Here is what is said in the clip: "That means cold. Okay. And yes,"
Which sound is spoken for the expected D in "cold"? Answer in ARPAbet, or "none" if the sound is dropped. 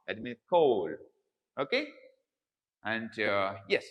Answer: none